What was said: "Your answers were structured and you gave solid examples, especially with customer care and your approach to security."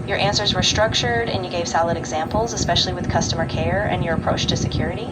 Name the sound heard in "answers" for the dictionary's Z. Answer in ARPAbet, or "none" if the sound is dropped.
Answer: Z